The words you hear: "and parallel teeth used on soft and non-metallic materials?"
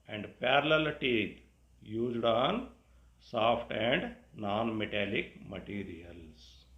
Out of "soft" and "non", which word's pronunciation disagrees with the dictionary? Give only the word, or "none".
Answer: soft